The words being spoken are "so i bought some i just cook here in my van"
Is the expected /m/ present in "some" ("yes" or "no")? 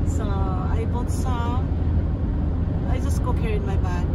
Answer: no